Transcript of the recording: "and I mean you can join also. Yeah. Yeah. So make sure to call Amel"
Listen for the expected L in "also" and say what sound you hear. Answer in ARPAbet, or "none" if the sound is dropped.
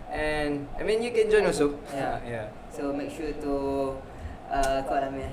none